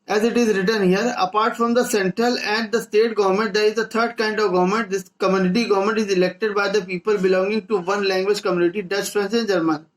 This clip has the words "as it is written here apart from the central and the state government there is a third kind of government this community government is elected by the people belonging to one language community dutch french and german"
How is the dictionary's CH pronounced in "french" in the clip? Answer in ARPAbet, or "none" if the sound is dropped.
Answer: S